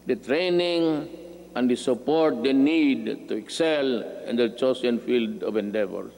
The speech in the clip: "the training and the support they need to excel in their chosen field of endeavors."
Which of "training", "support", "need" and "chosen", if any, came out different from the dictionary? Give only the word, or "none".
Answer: chosen